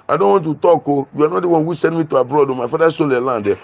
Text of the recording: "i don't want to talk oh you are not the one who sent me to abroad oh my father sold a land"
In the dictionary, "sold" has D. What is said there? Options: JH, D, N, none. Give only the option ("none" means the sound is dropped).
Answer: none